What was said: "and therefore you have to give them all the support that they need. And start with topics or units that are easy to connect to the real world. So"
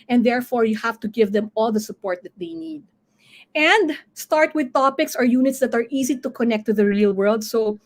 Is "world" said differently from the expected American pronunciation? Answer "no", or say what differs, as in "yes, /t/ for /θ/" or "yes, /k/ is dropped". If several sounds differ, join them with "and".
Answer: no